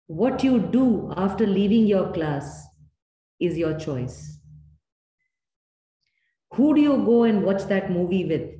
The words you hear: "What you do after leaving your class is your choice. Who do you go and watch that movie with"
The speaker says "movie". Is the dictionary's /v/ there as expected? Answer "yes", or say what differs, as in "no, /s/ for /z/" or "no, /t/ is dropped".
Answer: yes